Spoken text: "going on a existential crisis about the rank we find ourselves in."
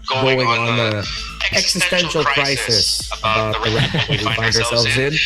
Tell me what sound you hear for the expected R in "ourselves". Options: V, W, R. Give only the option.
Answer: R